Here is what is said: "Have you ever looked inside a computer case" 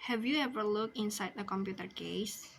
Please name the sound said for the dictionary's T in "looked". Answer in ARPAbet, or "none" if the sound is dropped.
none